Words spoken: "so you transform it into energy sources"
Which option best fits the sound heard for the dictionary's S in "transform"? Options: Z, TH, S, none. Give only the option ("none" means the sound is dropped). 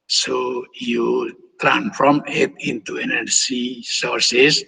none